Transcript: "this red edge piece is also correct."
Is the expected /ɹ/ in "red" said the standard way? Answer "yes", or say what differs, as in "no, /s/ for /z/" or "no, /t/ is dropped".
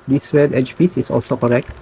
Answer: no, /w/ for /ɹ/